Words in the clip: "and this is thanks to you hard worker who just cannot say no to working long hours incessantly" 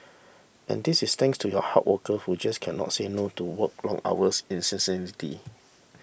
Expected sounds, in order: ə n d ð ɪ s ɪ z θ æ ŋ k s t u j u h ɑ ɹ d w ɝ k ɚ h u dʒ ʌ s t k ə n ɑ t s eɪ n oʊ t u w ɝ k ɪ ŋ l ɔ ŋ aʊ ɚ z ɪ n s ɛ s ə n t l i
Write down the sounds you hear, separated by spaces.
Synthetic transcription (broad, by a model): ə n d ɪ s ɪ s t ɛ ŋ k s t u j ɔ h ɑ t w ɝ k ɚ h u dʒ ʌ s k ə n ɑ t s eɪ n oʊ t u w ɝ k l ɔ ŋ aʊ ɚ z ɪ n s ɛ s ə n t i